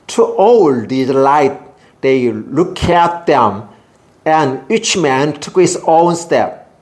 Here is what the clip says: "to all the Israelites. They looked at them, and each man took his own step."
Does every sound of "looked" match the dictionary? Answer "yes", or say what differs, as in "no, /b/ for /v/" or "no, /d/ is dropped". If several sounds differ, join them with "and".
no, /t/ is dropped